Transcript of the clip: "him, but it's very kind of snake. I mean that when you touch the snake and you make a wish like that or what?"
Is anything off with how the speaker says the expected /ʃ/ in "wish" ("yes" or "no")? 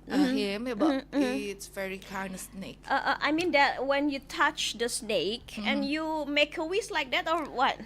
yes